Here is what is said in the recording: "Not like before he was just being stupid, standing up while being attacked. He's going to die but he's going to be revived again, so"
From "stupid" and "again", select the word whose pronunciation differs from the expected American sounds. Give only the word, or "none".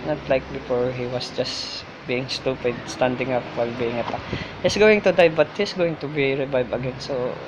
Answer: none